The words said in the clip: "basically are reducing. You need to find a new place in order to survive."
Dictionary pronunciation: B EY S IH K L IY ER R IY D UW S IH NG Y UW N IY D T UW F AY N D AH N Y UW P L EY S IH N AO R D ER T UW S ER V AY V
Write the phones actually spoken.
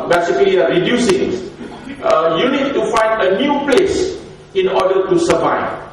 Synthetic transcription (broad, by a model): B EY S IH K L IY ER R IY D UW S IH NG Y UW N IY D T UW F AY N D AH N Y UW P L EY S IH N AO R D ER T UW S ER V AY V